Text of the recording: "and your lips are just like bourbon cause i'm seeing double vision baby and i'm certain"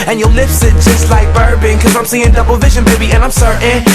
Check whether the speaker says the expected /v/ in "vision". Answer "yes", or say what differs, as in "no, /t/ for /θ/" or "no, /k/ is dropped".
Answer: yes